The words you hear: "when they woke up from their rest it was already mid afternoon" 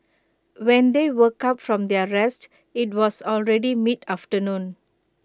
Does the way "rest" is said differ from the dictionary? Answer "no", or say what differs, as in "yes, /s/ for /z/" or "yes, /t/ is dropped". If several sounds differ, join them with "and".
no